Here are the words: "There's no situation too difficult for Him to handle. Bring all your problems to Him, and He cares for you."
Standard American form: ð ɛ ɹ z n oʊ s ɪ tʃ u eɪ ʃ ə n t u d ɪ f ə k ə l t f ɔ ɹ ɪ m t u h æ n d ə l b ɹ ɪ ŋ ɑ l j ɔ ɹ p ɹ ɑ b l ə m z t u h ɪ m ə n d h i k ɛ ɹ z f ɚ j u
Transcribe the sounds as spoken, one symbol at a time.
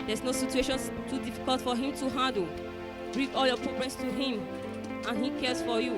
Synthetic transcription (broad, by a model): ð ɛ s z n oʊ s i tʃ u eɪ ʃ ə n t u d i f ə k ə l t f ɔ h ɪ m t u h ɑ d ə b ɹ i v ɑ l j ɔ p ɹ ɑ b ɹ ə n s t u h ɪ m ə n h i k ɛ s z f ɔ j u